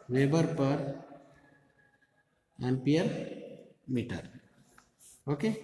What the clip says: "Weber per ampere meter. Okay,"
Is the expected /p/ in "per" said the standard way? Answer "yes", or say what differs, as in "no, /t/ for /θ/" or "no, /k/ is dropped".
yes